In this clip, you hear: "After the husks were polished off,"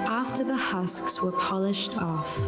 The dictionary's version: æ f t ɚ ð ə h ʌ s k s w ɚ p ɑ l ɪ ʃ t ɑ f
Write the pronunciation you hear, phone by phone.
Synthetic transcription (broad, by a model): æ f t ɚ ð ə h ʌ s k s w ɚ p ɑ l ɪ ʃ t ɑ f